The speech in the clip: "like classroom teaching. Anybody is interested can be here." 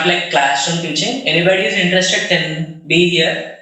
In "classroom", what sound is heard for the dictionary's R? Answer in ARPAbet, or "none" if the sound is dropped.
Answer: none